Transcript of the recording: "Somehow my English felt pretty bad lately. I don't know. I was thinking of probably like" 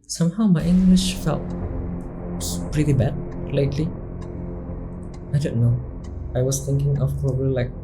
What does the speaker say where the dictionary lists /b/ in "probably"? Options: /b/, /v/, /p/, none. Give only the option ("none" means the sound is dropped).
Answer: none